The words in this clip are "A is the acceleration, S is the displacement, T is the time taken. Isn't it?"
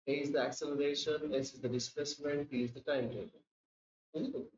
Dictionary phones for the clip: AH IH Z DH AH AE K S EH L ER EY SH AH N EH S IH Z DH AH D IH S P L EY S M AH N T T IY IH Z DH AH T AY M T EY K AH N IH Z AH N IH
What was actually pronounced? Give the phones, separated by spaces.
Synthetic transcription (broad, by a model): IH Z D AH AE K S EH L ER EY SH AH N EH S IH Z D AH D IH S P L EY S M AH N T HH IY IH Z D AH T AY M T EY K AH IH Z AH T